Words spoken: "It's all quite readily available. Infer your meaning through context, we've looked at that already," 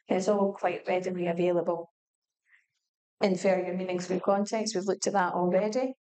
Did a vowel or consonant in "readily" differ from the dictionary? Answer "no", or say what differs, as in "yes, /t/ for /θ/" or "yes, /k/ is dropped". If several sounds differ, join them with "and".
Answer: yes, /n/ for /l/